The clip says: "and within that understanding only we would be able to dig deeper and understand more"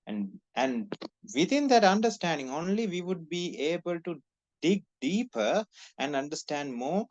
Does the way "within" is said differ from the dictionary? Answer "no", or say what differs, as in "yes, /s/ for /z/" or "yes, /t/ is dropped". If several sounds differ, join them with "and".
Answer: yes, /t/ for /θ/